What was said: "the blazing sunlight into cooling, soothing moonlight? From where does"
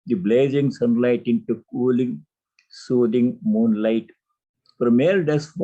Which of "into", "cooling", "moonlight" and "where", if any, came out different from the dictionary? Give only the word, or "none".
where